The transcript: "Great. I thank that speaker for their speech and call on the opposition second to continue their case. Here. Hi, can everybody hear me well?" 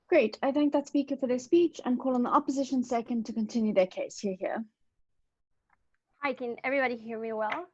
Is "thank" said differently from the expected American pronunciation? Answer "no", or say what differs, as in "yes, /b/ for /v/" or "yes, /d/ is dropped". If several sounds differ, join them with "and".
no